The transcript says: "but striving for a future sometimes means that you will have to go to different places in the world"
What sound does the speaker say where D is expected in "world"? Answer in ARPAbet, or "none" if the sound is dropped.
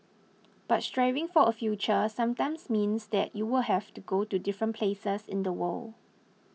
none